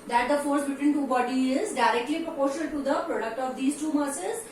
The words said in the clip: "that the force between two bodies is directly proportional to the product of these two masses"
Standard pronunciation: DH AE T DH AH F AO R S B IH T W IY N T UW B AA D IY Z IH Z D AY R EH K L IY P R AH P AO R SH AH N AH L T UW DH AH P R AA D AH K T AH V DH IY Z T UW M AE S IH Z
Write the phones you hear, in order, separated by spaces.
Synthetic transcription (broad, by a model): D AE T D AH F AO R S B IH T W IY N T UW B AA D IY IH Z D AY R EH K L IY P R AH P AO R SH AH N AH L T UW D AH P R AA D AH K T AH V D IY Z T UW M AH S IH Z